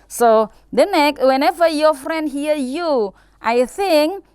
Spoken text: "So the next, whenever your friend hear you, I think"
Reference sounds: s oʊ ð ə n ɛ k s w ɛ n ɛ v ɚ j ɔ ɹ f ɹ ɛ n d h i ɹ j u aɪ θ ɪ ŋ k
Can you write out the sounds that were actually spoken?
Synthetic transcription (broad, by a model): s oʊ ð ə n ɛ k w ɛ n ɛ v ɚ j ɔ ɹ f ɹ ɛ n d h i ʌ j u aɪ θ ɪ ŋ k